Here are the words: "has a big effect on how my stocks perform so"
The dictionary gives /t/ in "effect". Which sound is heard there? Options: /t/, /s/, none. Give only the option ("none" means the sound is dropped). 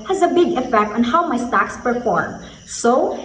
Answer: /t/